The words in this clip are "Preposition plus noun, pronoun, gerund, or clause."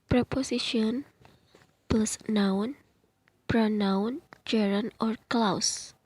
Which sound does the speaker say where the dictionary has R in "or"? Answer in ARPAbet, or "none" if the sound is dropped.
R